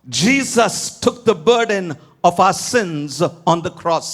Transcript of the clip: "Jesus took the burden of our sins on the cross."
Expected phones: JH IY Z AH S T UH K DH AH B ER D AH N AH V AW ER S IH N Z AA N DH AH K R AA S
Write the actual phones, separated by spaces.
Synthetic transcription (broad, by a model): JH IY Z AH S T UH K DH AH B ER D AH N AH V AW ER S IH N Z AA N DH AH K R AA S